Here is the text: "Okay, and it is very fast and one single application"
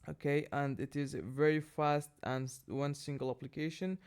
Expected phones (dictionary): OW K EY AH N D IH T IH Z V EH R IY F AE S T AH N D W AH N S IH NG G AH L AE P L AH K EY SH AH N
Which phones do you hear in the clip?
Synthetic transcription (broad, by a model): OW K EY AH N D IH T IH Z V EH R IY F AE S T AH N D W AH N S IH NG G AH L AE P L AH K EY SH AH N